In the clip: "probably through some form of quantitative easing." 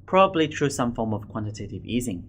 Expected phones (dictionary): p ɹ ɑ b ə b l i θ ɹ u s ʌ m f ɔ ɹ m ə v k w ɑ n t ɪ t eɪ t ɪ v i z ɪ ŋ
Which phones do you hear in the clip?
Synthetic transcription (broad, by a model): p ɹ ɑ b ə b l i t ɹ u s ʌ m f ɔ ɹ m ə v k w ɑ n t ɪ t eɪ t ɪ v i z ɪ ŋ